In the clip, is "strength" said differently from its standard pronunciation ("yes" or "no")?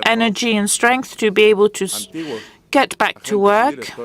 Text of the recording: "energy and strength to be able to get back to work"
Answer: no